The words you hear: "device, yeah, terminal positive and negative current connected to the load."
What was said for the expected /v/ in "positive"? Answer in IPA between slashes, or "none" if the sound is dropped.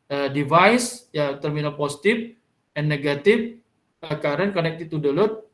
/f/